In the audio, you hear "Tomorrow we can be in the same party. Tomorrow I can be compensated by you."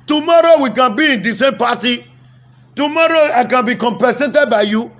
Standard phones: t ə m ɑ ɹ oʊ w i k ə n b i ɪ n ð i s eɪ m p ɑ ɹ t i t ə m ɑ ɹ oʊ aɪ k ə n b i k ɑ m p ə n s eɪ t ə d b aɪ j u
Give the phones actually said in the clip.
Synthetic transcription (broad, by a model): t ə m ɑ ɹ oʊ w i k ə n b i ɪ n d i s eɪ m p ɑ t i t ə m ɑ ɹ oʊ aɪ k ə n b i k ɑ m p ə s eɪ t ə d b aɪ j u